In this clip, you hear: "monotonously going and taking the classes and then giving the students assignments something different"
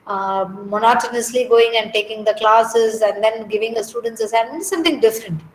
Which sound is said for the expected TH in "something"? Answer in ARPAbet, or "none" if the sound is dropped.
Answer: T